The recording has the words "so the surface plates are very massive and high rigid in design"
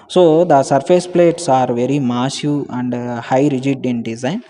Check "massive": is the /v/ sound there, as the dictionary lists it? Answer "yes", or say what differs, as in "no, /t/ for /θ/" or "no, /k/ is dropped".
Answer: no, /v/ is dropped